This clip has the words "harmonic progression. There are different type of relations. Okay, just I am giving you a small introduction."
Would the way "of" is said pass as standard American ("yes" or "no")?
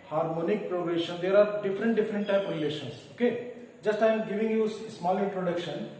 no